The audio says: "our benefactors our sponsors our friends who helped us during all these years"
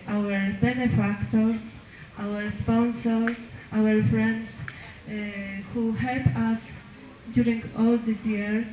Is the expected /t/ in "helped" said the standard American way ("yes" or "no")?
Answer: no